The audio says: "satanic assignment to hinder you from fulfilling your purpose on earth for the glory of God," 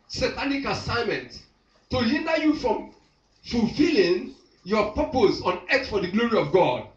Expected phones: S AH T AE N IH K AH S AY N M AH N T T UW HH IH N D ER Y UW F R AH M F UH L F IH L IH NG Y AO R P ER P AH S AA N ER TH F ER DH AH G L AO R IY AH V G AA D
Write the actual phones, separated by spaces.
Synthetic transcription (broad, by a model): S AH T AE N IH K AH S AY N M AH N T T UW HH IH N D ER Y UW F R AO M F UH L F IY L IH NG Y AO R P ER P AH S AA N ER S F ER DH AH G L AO R IY AH V G AA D